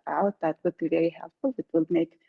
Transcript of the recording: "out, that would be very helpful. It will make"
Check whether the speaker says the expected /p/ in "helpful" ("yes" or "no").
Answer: no